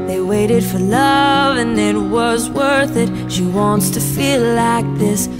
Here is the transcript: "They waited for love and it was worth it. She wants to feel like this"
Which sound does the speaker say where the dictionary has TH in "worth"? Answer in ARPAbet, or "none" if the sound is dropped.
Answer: TH